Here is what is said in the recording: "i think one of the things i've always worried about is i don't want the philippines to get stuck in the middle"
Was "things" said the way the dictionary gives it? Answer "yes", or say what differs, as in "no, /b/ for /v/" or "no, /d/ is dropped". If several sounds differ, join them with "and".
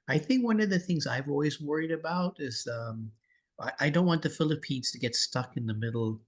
yes